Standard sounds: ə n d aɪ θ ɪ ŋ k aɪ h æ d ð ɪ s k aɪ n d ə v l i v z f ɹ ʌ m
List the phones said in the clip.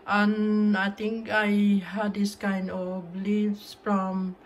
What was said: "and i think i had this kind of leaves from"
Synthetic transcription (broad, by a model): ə n aɪ t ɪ ŋ k aɪ h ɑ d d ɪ s k aɪ n d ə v l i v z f ɹ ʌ m